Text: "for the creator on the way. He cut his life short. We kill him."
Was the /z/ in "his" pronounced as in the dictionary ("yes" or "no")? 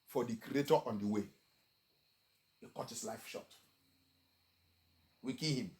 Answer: no